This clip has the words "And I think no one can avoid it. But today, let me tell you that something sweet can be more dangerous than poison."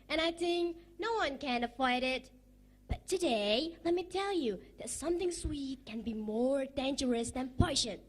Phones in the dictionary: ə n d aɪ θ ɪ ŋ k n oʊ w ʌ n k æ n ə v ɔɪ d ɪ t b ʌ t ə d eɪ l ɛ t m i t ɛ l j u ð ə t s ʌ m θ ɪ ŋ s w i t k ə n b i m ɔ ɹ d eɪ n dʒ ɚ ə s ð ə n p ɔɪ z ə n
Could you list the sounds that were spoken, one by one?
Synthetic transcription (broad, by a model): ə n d aɪ θ ɪ ŋ k n oʊ w ʌ n k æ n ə ɪ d ɪ t b ʌ t ə d eɪ l ɛ t m i t ɛ l j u ð ə t s ʌ m θ ɪ ŋ s w i t k ə n b i m ɔ ɹ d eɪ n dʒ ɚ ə s ð ə n p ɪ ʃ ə n